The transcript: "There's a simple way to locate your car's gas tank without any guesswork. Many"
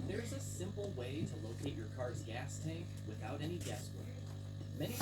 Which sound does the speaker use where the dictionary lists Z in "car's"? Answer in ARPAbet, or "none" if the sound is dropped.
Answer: Z